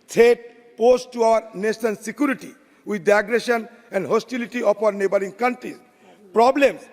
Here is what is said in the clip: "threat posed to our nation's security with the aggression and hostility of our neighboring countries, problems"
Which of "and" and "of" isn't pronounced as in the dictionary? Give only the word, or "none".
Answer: of